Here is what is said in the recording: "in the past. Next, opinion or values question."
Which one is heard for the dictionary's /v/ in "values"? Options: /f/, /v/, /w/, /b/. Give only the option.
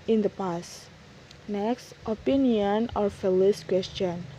/f/